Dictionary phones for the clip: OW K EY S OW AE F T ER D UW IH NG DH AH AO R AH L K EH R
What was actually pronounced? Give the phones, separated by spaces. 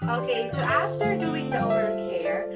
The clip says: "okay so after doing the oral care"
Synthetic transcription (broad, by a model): OW K EY S OW AE F T ER D UW IH NG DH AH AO AH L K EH R